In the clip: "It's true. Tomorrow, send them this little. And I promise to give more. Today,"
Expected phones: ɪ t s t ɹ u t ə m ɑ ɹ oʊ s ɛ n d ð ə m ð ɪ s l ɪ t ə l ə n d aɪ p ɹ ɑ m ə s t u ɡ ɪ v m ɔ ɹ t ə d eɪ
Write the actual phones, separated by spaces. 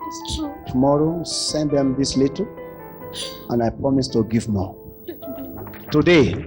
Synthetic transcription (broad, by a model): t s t u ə m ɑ ɹ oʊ s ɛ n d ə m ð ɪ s l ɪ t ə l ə n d aɪ p ɹ ɑ m ə s t u ɡ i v m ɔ t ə d eɪ